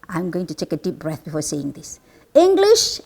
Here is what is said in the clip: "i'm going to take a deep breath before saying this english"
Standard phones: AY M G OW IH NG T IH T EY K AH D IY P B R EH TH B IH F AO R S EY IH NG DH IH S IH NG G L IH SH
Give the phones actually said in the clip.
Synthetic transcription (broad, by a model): AY M G OW IH NG T IH T EY K AH D IY P B R EH TH B IH F AO R S EY IH NG DH IH S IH NG G L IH SH